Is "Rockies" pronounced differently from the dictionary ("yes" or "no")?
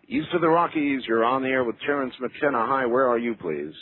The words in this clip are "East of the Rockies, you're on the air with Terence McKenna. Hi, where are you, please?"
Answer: no